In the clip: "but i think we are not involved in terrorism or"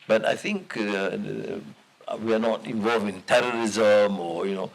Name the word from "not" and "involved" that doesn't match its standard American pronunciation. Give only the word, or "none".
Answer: involved